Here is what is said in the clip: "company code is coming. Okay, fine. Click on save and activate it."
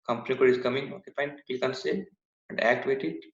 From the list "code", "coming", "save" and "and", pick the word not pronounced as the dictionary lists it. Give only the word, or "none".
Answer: save